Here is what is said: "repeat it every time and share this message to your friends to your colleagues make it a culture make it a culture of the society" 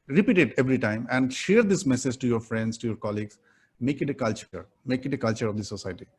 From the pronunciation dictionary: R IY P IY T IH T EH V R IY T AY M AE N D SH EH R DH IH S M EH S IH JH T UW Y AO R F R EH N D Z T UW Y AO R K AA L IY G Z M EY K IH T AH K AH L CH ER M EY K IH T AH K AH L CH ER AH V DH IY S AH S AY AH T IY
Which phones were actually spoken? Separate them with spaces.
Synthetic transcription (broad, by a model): R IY P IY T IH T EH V R IY T AY M AE N D SH EH R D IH S M EH S IH JH T UW Y AO R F R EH N D S T UW Y AO R K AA L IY G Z M EY K IH T AH K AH L CH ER M EY K IH T AH K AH L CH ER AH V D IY S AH S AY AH T IY